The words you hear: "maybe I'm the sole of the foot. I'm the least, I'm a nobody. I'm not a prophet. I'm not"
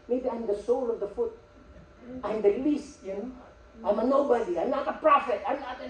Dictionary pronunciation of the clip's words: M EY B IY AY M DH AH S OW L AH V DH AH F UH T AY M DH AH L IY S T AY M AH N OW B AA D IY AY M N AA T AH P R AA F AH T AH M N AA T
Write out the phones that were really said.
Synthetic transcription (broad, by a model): M EY B IY AY M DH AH S OW L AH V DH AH F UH T AY M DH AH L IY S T AY M AH N OW B AA D IY AY M N AA T AH P R AA F AH T AH M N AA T